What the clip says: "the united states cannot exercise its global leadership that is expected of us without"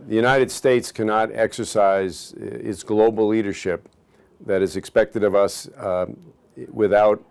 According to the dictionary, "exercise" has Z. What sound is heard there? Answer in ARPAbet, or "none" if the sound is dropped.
Z